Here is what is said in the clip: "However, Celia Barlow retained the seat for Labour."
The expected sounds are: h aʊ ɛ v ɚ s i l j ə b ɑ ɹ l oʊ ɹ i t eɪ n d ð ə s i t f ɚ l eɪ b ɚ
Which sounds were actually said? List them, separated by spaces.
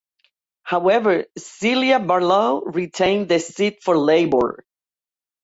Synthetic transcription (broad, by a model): h aʊ ɛ v ɚ s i l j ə b ɑ ɹ l oʊ ɹ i t eɪ n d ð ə s i t f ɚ l eɪ b ɚ